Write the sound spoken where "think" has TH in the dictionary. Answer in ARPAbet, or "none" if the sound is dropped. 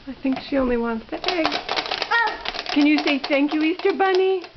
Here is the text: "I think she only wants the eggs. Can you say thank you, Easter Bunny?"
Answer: TH